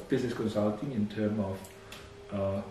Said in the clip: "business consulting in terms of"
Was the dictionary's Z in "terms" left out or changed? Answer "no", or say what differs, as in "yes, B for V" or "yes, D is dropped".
yes, Z is dropped